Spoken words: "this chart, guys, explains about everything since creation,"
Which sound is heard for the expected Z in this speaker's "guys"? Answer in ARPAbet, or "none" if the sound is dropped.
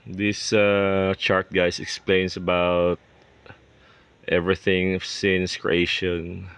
S